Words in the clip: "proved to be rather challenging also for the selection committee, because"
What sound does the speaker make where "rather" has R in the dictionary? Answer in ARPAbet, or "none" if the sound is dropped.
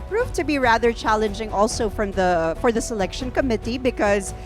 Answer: R